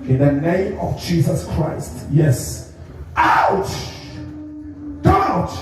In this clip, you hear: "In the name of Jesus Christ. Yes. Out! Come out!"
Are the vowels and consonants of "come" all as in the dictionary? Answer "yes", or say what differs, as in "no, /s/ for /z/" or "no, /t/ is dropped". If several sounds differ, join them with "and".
no, /m/ is dropped